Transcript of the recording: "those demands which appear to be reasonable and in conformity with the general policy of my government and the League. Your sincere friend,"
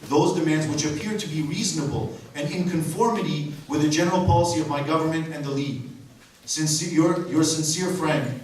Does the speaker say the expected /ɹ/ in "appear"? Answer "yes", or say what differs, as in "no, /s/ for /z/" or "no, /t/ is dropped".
yes